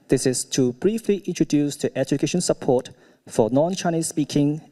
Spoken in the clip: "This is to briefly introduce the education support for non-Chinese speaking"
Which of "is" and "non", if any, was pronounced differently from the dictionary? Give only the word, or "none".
is